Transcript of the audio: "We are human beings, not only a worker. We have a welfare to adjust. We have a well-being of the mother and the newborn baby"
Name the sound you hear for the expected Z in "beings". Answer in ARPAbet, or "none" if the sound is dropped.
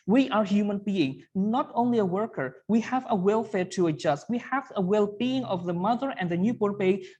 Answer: none